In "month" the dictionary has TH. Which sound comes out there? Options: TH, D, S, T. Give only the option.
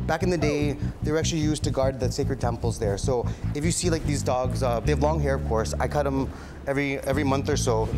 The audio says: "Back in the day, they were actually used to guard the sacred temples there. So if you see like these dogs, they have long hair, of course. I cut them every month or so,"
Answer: TH